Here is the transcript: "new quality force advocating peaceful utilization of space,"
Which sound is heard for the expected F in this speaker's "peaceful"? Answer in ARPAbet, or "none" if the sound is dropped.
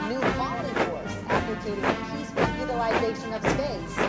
P